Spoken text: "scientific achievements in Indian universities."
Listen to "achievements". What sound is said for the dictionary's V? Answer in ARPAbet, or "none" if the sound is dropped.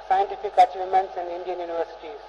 none